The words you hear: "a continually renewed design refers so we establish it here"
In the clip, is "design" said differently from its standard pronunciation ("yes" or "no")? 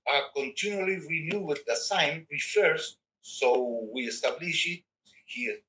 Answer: yes